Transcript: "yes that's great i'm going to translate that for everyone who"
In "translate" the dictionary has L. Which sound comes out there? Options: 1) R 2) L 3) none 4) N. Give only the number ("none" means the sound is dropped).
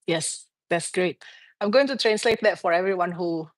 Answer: 2